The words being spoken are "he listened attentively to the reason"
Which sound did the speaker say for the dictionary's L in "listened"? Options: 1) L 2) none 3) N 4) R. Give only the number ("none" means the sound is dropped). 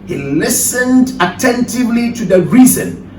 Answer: 1